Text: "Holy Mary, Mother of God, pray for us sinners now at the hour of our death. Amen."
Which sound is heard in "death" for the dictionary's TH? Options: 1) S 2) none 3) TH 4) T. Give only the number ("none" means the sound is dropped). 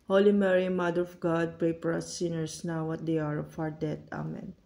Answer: 4